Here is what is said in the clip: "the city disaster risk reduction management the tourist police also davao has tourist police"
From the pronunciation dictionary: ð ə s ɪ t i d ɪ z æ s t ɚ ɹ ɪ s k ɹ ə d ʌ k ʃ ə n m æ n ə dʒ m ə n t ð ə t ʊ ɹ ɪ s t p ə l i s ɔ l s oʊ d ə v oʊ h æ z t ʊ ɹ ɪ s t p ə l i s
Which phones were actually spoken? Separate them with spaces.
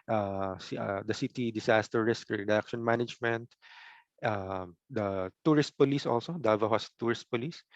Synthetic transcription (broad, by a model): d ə s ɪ t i d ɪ s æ s t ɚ ɹ ɪ s k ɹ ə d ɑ k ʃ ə n m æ n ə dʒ m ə n t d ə t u ɹ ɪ s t p ə l i s ɔ l s oʊ d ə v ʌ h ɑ s t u ɹ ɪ s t p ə l i s